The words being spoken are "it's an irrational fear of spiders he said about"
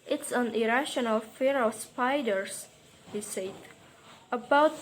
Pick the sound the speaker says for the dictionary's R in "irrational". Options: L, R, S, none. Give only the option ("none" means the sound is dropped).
R